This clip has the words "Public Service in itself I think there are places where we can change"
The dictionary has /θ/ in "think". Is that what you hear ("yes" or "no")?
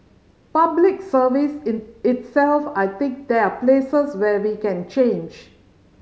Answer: no